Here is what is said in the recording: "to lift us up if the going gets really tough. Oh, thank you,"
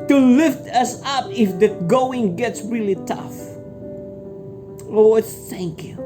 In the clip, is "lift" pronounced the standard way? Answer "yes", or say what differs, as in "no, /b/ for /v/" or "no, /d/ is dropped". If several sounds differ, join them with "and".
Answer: yes